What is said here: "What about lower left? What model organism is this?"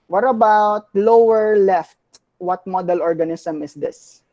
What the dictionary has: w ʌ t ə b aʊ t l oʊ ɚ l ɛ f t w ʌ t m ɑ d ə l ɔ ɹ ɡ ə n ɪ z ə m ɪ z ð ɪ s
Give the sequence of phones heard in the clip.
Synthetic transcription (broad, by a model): w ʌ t ə b aʊ t l oʊ ɚ l ɛ f t w ʌ t m ɑ d ə l ɔ ɹ ɡ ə n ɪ s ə m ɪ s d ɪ s